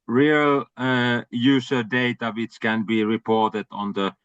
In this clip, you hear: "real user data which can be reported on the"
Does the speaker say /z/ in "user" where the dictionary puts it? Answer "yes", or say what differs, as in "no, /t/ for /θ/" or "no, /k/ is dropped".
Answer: no, /s/ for /z/